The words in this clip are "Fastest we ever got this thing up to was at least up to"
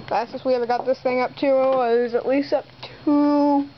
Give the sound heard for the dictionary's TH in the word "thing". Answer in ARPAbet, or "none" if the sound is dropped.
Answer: TH